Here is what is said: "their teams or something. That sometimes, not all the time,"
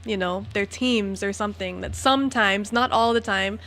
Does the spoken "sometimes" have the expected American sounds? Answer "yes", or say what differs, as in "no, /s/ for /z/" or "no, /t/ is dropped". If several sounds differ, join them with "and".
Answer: yes